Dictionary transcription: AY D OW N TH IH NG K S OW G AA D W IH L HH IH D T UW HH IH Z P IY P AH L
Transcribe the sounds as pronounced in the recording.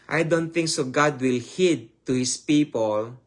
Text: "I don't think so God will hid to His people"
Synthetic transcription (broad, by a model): AY D OW N T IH NG K S OW G AA D W IH L HH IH D T UW HH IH S P IY P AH L